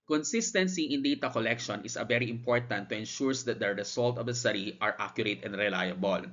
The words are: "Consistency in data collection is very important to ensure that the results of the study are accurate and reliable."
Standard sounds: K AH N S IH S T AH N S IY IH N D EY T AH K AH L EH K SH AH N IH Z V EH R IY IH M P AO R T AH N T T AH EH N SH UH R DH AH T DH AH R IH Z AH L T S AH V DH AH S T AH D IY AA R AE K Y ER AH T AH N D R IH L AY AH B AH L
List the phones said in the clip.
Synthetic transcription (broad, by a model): K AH N S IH S T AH N S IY IH N D EY T AH K AH L EH K SH AH N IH S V EH R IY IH M P AO R T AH N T T AH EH N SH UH R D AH T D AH R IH S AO L T AH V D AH S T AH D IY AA R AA K Y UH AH T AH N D R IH L AY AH B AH L